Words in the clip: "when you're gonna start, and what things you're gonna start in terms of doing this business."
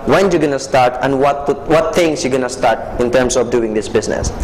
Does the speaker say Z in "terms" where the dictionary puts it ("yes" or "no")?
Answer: no